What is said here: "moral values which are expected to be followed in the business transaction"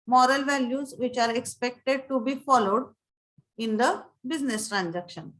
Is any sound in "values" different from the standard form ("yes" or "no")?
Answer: no